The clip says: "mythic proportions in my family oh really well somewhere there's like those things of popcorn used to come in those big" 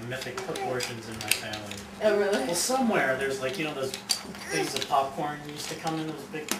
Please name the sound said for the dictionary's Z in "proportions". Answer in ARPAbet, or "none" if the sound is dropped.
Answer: Z